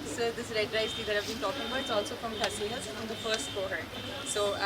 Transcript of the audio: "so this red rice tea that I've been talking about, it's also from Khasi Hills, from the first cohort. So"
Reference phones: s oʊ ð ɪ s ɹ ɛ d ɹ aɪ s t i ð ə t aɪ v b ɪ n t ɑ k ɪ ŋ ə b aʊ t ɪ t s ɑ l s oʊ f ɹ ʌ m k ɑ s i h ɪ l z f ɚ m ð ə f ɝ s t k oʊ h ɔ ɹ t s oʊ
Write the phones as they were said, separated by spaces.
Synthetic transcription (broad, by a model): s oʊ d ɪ s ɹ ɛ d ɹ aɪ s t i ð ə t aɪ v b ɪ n t ɑ k ɪ ŋ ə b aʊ ɪ t s ɑ l s oʊ f ɹ ʌ m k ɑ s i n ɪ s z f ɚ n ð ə f ɝ s t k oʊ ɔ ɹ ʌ s oʊ